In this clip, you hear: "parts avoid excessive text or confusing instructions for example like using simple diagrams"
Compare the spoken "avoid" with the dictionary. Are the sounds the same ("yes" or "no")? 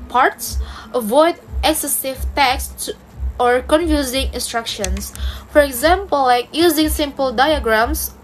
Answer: yes